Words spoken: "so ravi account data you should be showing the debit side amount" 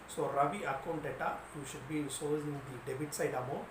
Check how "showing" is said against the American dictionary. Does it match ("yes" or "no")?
no